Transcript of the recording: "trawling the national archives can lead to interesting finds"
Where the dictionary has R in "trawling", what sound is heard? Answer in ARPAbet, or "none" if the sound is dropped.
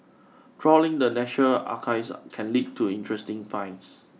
R